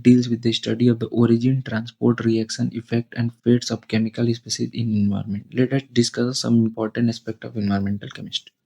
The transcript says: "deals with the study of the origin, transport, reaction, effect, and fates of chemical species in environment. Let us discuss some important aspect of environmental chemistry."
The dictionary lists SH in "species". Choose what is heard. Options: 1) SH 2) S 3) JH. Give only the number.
2